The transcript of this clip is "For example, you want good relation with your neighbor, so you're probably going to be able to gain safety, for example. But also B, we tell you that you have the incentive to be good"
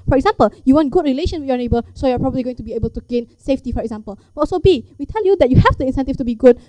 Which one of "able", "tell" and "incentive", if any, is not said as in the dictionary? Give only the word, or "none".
incentive